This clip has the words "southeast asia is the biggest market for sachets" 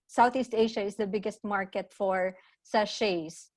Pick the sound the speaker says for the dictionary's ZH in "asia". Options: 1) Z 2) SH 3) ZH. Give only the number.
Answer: 2